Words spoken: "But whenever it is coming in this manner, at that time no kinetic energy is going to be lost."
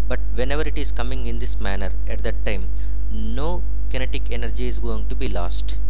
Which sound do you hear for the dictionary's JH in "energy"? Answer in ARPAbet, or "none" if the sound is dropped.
JH